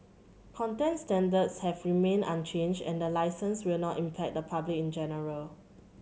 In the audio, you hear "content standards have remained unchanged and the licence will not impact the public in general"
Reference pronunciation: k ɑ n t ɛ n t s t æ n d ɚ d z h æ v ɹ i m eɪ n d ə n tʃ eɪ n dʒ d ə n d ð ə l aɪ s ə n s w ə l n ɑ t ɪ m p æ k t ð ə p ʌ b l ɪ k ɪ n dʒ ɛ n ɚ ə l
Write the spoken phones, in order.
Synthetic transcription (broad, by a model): k ɑ n t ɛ n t s t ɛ n d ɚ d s h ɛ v ɹ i m eɪ n ə n tʃ eɪ n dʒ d ə n d ə l aɪ s ə n s w ə l n ɑ t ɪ m p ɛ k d ə p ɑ b l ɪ k ɪ n dʒ ɛ n ɚ ə l